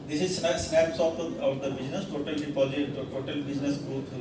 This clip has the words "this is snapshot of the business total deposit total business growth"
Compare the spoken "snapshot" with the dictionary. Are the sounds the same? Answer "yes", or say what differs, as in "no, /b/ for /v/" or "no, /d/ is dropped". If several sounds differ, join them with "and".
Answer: no, /s/ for /ʃ/